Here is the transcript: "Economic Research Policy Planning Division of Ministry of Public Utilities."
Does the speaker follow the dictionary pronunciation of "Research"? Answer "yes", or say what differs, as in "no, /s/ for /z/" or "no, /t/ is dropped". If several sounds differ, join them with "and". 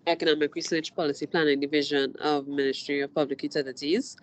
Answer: no, /w/ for /ɹ/